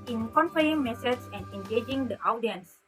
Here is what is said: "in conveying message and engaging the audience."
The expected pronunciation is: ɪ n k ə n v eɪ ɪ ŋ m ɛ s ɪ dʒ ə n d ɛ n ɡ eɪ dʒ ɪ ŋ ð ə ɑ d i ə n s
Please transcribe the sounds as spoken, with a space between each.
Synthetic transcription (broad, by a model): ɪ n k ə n f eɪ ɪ ŋ m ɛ s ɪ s ə n d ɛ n ɡ eɪ dʒ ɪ ŋ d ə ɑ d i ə n s